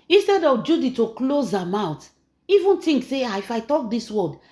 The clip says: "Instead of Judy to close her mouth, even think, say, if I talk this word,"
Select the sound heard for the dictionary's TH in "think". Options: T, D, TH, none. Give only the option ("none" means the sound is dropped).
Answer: T